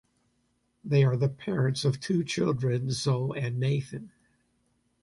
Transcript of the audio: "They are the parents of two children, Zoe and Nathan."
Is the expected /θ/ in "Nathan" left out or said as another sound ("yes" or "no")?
no